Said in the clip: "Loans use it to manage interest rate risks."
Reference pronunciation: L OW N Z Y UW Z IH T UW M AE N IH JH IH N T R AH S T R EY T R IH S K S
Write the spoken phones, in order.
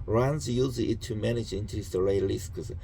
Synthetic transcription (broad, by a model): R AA N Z Y UW Z IH T UW M AE N IH JH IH N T AH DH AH R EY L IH S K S